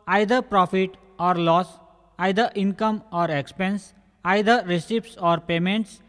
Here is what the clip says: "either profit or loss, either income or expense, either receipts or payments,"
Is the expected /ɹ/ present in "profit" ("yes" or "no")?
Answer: yes